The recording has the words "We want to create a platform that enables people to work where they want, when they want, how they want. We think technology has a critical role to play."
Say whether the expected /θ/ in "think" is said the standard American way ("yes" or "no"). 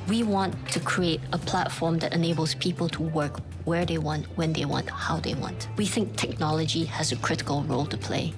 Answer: yes